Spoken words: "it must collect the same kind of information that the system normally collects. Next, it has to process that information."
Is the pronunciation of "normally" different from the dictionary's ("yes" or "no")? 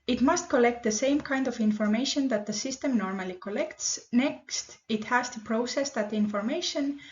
no